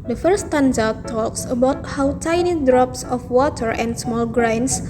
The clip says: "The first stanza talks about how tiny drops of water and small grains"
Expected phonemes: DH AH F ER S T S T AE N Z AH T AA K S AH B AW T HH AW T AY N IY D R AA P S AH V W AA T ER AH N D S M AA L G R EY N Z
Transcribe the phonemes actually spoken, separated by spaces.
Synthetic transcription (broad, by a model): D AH F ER T S T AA N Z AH T AA K S AH B AW T HH AW T AY N IY D R AA P S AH F W AA T ER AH N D S M AA L G R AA N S